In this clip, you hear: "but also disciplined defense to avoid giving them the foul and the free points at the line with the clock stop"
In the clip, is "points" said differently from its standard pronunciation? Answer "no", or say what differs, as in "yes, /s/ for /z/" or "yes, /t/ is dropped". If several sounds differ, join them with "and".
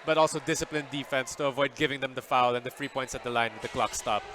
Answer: no